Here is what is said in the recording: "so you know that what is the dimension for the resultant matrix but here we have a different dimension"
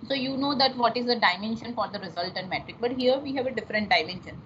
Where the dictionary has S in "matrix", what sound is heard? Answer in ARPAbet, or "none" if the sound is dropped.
none